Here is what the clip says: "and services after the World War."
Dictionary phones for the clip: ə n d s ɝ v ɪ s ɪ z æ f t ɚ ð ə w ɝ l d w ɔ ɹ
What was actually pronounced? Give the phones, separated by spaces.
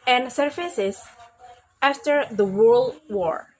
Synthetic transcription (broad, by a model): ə n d s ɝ f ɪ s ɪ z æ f t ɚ ð ə w ɝ l d w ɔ ɹ